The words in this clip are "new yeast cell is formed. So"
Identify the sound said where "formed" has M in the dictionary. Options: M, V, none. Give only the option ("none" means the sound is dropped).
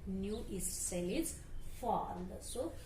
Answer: none